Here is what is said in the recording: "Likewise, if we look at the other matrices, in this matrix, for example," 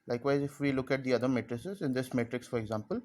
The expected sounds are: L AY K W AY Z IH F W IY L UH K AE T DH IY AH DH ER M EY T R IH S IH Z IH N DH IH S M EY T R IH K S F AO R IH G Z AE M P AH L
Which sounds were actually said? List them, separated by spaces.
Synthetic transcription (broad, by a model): L AY K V AY Z IH F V IY L UH K AE T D IY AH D ER M EY T R IH S IH Z IH N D IH S M EY T R IH K S F AO R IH G Z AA M P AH L